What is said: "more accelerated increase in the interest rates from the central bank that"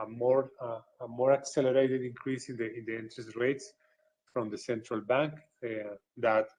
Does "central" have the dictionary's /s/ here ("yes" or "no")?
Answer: yes